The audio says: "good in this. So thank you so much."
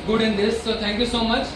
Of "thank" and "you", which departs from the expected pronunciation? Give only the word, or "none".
thank